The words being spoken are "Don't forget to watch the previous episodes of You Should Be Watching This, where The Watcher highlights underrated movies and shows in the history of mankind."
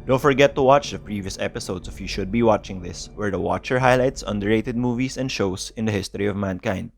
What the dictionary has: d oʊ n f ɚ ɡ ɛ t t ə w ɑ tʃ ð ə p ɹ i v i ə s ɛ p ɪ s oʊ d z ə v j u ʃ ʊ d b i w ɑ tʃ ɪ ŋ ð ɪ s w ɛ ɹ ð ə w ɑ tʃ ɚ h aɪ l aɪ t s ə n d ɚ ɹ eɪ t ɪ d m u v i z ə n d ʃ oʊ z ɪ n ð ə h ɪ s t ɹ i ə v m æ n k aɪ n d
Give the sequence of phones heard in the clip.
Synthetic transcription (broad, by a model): d oʊ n f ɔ ɡ ɛ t t ə w ɑ tʃ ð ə p ɹ i v i ə s ɛ p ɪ s oʊ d s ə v j u ʃ ʊ d b i w ɑ tʃ ɪ ŋ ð ɪ s w ɛ ɹ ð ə w ɑ tʃ ɚ h aɪ l aɪ t s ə n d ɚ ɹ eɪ t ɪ d m u v i s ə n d ʃ oʊ s ɪ n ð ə h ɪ s t ɹ i ə v m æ n k aɪ n d